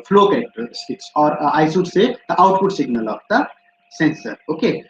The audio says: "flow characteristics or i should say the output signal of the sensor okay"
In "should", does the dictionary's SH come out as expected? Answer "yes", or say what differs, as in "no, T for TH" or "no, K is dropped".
no, S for SH